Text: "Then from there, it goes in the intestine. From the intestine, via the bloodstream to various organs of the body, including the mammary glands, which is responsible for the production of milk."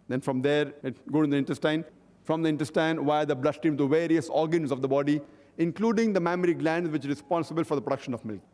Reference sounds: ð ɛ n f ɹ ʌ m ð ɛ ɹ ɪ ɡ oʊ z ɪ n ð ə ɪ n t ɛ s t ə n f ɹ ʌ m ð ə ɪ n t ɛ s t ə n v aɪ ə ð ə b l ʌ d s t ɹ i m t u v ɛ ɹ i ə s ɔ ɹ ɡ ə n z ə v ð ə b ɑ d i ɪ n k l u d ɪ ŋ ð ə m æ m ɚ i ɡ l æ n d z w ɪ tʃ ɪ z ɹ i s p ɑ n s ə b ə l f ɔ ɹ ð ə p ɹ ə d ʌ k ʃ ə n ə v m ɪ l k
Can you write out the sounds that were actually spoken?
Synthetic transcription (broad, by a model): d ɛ n f ɹ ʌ m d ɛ ɹ ɪ ɡ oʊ ɪ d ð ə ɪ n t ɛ s t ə n f ɹ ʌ m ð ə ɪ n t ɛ s t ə n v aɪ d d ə b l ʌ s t i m t u v ɛ ɹ i ə s ɔ ɹ ɡ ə n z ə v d ə b ɑ d i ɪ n k l u d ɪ ŋ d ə m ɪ m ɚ i ɡ l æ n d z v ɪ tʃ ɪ ɹ i s p ɑ n s ə b ə l f ɔ ɹ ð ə p ɹ ə d ʌ k ʃ ə n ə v m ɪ l k